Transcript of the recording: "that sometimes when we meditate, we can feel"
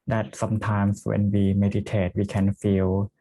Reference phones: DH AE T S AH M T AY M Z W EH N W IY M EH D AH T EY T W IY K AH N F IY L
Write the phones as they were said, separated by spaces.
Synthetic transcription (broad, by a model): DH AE T S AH M T AY M S W EH N W IY M EH D AH T EY T W IY K AH N F IY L